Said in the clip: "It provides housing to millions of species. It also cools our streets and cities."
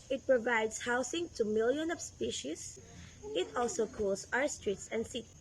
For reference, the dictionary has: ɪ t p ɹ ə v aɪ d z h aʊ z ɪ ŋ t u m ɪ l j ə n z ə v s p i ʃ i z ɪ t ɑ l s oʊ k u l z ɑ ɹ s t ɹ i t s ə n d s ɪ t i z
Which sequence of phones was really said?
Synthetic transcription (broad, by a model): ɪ t p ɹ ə v aɪ d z h aʊ s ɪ ŋ t u m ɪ l j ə n ə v s p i ʃ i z ɪ t ɑ l s oʊ k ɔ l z ɑ ɹ s t ɹ i t s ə n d s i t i